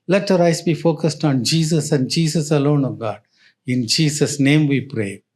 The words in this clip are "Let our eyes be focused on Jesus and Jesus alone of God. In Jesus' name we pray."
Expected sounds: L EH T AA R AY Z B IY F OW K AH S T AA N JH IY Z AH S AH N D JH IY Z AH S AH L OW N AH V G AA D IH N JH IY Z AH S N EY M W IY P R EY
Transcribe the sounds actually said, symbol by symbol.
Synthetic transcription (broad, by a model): L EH T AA R AY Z B IY F OW K AH S T AA N JH IY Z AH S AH N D JH IY S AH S AH L OW N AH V G AA D IH N JH IY S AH S N EY M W IY P R EY